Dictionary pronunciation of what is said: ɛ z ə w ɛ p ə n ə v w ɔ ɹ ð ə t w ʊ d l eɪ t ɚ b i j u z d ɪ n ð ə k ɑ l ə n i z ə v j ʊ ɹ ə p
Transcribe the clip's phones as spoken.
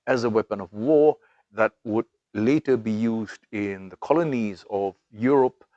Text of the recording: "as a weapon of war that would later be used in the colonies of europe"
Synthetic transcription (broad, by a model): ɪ z ə w ɛ p ə n ə v w ɔ ɹ ð ə t w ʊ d l eɪ t ɚ b i j u z d ɪ n ð ə k ɑ l ə n i z ə v j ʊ ɹ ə p